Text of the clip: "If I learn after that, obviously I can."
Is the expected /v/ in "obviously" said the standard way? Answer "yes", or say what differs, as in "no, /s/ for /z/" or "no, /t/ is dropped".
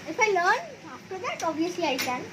no, /v/ is dropped